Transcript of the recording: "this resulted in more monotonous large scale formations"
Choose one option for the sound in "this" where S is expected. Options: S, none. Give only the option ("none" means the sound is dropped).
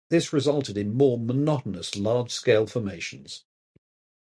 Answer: S